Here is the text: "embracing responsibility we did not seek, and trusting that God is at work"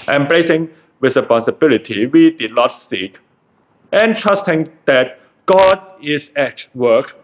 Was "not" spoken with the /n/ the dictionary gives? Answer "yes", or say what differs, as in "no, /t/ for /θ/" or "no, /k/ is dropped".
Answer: yes